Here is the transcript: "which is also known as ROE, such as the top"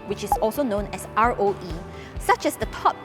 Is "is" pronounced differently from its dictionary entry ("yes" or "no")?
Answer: yes